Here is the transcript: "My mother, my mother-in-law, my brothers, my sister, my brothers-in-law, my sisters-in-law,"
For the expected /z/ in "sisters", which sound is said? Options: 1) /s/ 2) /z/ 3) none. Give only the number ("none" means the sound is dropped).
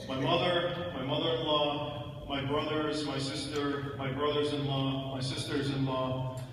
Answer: 2